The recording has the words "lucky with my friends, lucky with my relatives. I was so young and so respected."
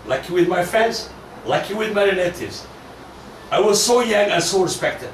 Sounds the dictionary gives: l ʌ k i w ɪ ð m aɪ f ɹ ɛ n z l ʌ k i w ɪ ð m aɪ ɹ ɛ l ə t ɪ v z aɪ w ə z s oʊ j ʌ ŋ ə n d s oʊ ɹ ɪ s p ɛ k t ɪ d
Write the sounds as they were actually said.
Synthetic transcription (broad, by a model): l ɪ k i w ɪ ð m aɪ f ɹ ɛ n z l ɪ k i w ɪ ð m aɪ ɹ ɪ n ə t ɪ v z aɪ w ə z s oʊ j ʌ ŋ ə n s oʊ ɹ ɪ s p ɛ k t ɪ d